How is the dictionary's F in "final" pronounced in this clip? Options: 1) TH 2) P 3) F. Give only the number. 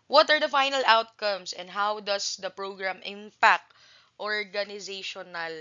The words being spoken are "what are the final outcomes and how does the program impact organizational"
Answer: 3